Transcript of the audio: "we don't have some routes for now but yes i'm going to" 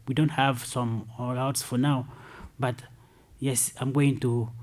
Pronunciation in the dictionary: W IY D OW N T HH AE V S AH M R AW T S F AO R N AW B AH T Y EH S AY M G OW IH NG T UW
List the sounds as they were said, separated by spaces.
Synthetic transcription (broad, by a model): W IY D OW N T HH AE V S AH M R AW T S F AO R N AW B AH T Y EH S AY M G OW IH NG T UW